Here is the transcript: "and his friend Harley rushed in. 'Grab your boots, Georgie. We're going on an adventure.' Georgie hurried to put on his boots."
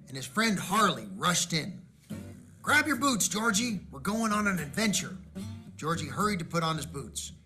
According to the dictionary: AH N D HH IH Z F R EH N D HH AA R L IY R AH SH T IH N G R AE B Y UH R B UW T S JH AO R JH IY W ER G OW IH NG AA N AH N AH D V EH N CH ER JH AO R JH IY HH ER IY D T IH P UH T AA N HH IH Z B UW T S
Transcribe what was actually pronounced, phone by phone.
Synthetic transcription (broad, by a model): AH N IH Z F R EH N D HH AA R L IY R AH SH T IH N G R AE B Y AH R B UW T S JH AO R JH IY W ER G OW IH NG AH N AH N AH D V EH N CH ER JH AO R JH IY HH ER IY D T IH P UH T N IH Z B UW T S